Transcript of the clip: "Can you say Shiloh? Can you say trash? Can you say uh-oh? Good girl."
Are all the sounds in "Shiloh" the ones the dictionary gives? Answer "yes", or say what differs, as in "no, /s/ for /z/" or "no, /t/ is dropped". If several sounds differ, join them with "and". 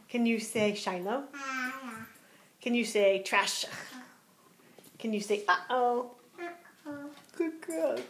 no, /n/ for /l/